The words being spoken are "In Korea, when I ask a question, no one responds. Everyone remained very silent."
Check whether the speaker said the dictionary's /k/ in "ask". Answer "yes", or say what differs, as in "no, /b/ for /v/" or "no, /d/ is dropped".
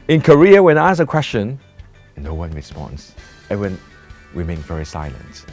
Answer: no, /k/ is dropped